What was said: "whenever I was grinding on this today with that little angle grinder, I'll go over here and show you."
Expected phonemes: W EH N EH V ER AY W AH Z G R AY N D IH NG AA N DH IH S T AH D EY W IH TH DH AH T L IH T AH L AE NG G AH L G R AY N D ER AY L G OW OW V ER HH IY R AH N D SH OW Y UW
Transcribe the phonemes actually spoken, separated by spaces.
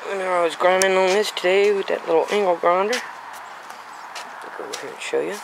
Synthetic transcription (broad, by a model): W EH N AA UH AY W AH Z G R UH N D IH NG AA N DH IH S T AH D EY W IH DH AH T L IH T L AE NG G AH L G R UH N D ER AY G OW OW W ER HH IY R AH N SH OW Y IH